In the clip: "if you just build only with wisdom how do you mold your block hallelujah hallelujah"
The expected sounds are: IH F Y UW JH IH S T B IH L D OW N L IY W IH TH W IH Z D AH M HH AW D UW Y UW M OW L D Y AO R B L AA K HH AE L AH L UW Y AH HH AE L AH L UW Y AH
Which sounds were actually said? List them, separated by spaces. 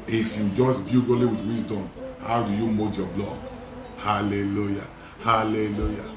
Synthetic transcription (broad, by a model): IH F Y UW JH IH S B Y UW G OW L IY W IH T W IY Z D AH M HH AW D UW Y UW M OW D Y AO B L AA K HH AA L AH L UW Y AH HH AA L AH L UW Y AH